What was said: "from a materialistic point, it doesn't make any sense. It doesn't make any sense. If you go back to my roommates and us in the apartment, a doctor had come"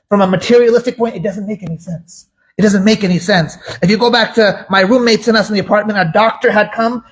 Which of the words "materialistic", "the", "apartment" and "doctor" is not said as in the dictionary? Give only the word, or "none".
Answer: none